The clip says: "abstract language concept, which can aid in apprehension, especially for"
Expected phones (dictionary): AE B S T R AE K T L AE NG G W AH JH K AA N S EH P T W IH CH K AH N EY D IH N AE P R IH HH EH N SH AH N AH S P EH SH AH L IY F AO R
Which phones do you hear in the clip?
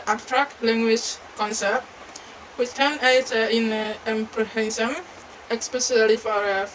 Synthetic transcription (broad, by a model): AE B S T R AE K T L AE NG G W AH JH K AA N S EH P T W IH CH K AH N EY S IH N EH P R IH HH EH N S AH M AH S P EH S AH L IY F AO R